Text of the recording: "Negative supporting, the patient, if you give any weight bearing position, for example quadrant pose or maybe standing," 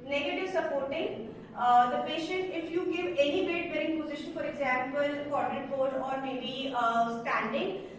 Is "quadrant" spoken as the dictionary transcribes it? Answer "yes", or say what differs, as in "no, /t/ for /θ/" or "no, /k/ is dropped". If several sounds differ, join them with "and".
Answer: no, /n/ is dropped